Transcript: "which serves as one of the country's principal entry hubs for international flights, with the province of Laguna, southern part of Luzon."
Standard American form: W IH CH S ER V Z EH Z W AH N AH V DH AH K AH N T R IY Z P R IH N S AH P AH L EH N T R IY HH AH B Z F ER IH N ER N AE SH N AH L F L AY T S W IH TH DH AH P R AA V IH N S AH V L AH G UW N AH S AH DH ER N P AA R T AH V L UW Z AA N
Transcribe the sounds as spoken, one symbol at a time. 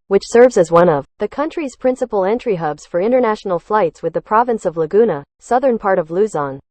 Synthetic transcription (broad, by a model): W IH CH S ER V Z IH Z W AH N AH V DH AH K AH N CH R IY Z P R IH N S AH P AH L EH N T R IY HH AH B Z F ER IH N ER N AE SH N L F L AY T S W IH DH AH P R AA V IH N S AH V L AH G UW N AH S AH DH ER N P AA R T AH V L UW Z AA N